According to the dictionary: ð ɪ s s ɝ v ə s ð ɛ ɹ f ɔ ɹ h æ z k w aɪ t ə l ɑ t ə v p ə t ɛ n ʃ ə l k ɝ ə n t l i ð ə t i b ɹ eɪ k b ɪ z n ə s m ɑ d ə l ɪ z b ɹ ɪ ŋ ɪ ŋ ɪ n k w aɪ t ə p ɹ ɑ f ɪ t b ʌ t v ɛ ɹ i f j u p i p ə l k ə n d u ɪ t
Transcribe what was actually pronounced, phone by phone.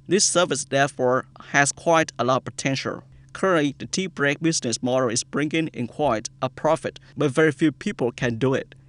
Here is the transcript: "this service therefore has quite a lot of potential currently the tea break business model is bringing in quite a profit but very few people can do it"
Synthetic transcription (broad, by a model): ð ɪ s s ɝ v ə s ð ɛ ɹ f ɔ ɹ h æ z k w aɪ t ə l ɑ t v p ə t ɛ n ʃ ə l k ɝ ə n t l i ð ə t i b ɹ eɪ k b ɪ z n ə s m ɑ d ə l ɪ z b ɹ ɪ ŋ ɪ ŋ ɪ n k w aɪ t ə p ɹ ɑ f ɪ t b ʌ t v ɛ ɹ i f j u p i p ə l k ə n d u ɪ t